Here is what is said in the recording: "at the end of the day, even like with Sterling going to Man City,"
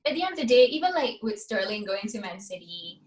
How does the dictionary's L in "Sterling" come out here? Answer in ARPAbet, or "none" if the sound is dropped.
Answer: L